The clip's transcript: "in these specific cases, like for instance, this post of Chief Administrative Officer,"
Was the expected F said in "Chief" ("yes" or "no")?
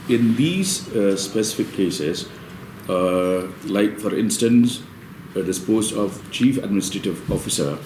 yes